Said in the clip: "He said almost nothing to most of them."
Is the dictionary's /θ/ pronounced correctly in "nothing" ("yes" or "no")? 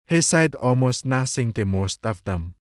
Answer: no